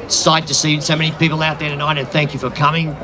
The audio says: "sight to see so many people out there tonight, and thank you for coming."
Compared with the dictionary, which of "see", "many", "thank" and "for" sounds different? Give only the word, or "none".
none